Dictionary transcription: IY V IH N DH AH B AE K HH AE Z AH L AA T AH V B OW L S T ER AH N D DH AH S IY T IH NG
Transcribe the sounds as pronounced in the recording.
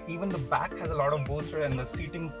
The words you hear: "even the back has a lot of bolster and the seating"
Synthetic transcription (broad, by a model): IY V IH N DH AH B AE K HH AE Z AH L AA T AH V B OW S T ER AH N D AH S IY T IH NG